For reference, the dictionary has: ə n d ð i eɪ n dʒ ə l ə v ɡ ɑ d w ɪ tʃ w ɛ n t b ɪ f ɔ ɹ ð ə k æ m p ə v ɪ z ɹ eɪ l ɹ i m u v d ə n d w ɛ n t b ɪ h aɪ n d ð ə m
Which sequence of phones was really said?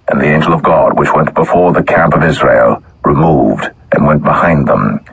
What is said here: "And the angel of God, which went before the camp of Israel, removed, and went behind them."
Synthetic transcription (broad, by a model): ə n ð i eɪ n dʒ l ə v ɡ ɑ d w ɪ tʃ w ɛ n b ɪ f ɔ ɹ ð ə k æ m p ə v ɪ z ɹ eɪ l ɹ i m u v d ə n w ɛ n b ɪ h aɪ n ð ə m